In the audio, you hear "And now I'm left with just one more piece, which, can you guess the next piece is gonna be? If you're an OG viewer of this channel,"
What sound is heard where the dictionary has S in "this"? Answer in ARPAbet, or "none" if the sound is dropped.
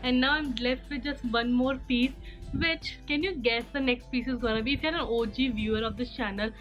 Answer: none